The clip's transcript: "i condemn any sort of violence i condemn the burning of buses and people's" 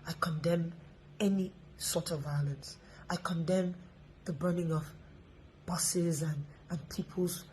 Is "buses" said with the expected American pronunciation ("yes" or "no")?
yes